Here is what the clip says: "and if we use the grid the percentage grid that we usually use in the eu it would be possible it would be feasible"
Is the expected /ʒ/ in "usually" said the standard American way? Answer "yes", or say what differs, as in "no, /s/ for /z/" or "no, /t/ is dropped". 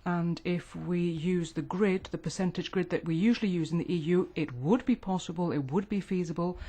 yes